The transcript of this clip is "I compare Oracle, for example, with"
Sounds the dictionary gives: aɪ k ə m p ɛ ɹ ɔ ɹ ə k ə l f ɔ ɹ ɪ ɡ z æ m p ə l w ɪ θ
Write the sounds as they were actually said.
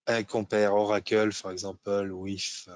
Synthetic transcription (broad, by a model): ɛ k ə p ɛ ɹ ɔ ɹ ə k ə l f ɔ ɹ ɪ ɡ z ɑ p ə l w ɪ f